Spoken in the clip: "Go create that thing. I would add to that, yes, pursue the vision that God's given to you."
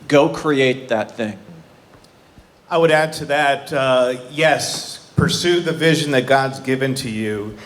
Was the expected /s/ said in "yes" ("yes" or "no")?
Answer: yes